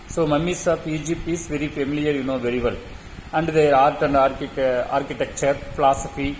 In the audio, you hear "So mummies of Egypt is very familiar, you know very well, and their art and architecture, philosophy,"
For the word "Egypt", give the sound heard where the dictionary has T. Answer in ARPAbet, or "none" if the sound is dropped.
none